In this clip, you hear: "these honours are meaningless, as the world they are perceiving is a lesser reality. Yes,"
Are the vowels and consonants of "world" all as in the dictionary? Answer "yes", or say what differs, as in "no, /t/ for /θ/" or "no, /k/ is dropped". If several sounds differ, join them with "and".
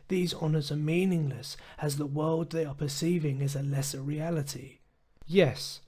yes